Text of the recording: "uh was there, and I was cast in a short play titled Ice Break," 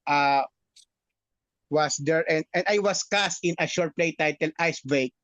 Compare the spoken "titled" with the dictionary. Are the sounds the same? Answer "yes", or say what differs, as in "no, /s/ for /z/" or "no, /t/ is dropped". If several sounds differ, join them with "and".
no, /d/ is dropped